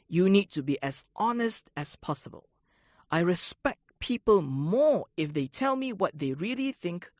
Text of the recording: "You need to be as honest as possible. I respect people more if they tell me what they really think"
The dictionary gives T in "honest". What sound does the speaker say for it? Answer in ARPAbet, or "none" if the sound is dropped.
T